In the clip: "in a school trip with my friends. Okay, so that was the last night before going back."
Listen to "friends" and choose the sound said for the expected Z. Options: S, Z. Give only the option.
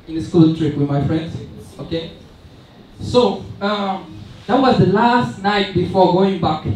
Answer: S